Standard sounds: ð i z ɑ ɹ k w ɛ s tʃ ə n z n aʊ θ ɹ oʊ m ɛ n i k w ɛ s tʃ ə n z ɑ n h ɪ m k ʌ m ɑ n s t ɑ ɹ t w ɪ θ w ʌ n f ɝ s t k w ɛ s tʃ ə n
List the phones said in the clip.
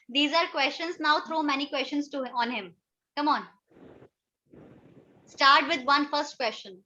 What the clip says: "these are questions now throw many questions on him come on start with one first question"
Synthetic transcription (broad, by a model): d i z ɑ ɹ k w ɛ s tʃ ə n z n aʊ t ɹ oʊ m ɛ n i k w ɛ s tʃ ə n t ɑ n h ɪ m k ʌ m ɑ n s t ɑ ɹ t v ɪ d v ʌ n f ɝ s t k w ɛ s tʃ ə n